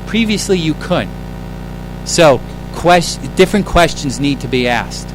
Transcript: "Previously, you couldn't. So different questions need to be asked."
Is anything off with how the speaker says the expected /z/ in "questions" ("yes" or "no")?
no